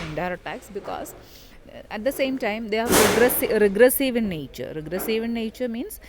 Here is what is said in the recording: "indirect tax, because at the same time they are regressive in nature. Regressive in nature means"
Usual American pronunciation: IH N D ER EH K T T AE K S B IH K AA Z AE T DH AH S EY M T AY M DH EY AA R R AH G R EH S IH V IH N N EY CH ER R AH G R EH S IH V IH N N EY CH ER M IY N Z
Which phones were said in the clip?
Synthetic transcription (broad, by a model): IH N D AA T T AE K S B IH K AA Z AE T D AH S EY M T AY M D EY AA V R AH G R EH S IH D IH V N EY CH ER R AH G R EH S IH V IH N N EY CH ER M IY N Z